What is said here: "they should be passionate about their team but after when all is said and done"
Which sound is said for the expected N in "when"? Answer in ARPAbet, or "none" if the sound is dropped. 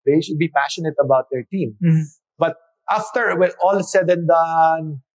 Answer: none